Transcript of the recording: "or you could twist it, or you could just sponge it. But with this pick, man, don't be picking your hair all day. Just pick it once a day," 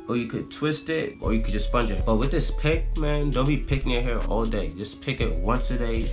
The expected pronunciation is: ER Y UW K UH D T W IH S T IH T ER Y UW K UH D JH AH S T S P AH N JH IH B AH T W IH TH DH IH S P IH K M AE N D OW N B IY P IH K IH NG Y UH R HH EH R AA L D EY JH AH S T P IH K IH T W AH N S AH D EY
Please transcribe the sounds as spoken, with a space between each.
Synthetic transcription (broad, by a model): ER Y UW K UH D T W IH S T IH T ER Y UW K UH D JH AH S S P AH N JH IH B AH T W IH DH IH S P IH K M AE N D OW N B IY P IH K IH NG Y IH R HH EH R AA L D EY JH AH S P IH K IH T W AH N S AH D EY